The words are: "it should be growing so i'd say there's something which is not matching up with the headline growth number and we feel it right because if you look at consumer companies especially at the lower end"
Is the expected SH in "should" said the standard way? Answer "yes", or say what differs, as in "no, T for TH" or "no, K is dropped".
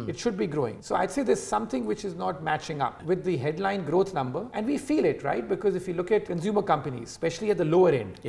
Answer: yes